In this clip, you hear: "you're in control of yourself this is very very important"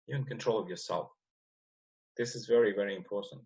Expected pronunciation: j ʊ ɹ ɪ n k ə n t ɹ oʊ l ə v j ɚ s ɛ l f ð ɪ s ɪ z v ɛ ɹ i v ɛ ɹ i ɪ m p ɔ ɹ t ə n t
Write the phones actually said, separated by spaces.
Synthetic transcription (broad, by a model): j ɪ ɪ n k ə n t ɹ oʊ l ə v j ɚ s ɛ l f ð ɪ s ɪ z v ɛ ɹ i v ɛ ɹ i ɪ m p ɔ ɹ t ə n t